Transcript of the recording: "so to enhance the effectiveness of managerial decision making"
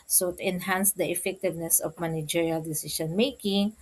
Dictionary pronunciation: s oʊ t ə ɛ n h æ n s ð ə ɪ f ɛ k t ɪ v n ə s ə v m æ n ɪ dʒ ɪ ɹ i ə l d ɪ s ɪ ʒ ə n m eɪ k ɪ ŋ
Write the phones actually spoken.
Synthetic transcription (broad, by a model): s oʊ t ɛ n h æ n s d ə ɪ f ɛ k t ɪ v n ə s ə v m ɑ n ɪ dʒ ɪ ɹ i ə l d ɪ s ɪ ʃ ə n m eɪ k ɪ ŋ